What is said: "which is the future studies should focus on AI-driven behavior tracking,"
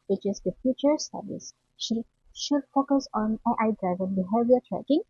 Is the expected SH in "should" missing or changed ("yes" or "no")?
no